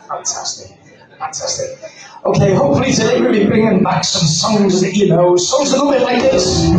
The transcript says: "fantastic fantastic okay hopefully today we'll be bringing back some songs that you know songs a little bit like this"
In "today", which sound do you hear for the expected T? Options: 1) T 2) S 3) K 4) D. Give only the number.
2